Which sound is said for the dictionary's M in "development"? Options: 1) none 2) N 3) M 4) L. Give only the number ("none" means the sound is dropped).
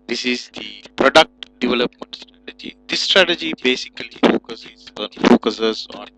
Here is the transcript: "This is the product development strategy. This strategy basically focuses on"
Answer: 3